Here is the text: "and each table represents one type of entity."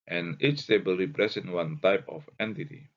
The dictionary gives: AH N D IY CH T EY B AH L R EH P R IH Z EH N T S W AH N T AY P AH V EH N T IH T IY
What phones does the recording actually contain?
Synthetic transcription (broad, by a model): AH N IY CH T EY B AH L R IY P R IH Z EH N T W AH N T AY P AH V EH N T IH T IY